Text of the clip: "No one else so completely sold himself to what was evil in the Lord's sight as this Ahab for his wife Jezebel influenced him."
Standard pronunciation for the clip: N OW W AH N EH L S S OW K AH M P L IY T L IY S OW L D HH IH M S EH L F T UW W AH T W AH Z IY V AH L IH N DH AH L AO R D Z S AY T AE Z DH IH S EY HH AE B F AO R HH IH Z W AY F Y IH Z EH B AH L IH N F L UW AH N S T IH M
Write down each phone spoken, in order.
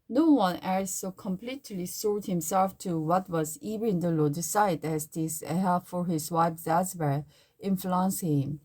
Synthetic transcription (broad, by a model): N OW W AH N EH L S S OW K AH M P L IY T L IY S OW D HH IH M S EH L F T UW W AH T W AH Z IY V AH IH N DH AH L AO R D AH S AY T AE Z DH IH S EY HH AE F AO R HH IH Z W AY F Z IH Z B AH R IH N F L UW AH N S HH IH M